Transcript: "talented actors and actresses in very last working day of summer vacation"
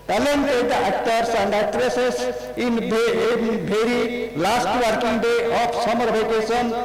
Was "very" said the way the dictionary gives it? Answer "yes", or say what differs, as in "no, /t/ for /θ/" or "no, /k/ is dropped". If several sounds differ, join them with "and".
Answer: no, /b/ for /v/